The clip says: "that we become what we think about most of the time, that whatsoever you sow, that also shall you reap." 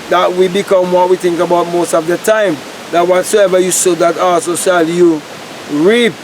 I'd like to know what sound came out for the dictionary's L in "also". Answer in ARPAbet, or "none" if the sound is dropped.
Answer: none